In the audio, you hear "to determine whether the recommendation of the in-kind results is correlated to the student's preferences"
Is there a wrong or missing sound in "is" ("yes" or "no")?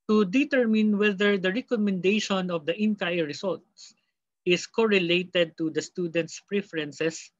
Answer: yes